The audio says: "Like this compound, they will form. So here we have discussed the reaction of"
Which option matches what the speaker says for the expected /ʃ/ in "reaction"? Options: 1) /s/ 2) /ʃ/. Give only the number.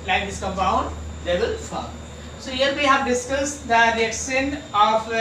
1